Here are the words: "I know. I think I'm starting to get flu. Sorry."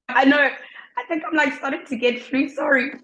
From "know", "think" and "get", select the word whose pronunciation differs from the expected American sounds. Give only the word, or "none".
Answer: none